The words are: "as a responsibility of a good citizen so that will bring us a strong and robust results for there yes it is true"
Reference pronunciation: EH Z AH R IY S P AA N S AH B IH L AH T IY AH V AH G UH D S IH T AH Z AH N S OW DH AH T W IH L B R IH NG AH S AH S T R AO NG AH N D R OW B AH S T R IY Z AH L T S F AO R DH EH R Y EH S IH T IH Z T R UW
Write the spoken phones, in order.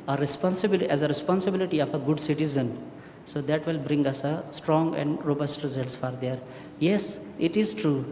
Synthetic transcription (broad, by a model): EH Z AH R IY S P AA N S AH B IH L AH T IY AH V AH G UH D S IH T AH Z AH N S OW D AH T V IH L B R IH NG AH S AH S T R AO NG AH N D R OW B AH S T R IY Z AH L T S F AO R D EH R Y EH S IH T IH Z T R UW